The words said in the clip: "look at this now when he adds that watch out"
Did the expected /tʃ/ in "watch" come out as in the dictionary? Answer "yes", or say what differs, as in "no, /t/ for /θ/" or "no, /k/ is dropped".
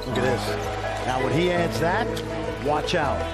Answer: yes